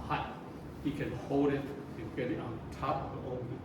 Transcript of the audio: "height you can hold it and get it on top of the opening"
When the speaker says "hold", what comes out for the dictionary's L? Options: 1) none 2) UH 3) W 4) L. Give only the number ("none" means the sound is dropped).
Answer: 4